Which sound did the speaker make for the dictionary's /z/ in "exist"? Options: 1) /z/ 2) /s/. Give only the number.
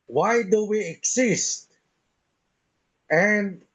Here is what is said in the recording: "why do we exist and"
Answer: 2